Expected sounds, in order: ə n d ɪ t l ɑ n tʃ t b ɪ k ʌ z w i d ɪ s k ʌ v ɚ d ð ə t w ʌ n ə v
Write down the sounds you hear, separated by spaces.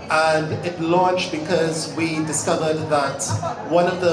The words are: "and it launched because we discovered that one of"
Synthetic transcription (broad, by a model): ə n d ɪ t l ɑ n tʃ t b ɪ k ʌ z w i d ɪ s k ʌ v ɚ d ð ə t w ʌ n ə v